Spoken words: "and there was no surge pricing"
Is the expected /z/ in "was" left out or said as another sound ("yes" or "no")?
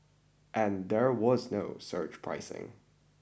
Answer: no